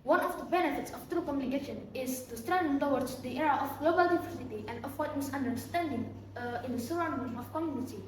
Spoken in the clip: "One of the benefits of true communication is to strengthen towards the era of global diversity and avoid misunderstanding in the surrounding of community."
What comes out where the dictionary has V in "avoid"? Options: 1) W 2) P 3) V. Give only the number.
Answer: 1